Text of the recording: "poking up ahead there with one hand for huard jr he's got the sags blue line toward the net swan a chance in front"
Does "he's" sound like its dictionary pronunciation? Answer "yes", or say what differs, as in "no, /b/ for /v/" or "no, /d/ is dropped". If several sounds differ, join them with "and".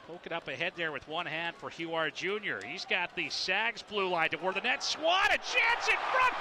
yes